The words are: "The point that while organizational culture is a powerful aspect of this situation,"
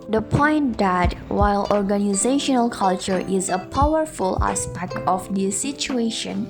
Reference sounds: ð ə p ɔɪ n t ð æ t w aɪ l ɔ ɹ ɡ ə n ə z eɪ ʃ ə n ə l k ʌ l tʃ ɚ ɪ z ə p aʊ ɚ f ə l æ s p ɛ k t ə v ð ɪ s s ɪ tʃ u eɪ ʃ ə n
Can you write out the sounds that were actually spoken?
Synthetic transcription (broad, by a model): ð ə p ɔɪ n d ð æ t w aɪ l ɔ ɹ ɡ ə n ə z eɪ ʃ ə n ə l k ʌ l tʃ ɚ ɪ z ə p aʊ ɚ f ə l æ s p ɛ k t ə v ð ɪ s s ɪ tʃ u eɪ ʃ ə n